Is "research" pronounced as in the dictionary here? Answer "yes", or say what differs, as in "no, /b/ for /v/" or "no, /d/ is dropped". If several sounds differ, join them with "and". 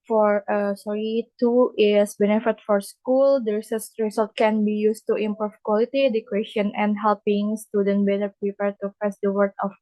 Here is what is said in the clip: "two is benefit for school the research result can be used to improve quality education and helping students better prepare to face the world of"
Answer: no, /s/ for /tʃ/